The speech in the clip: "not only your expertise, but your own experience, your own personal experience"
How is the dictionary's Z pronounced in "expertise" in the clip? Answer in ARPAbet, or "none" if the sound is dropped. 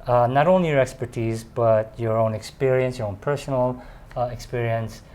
Z